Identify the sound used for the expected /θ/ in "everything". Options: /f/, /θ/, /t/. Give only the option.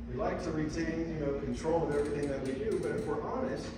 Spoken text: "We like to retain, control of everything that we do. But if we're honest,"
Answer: /θ/